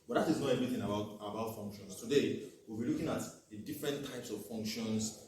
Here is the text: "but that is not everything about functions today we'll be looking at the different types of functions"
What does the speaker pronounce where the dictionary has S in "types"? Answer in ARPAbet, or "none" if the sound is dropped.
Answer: S